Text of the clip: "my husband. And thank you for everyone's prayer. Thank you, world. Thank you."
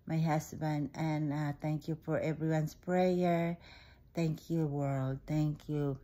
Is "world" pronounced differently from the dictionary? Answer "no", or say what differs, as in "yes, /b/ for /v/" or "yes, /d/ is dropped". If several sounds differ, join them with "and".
no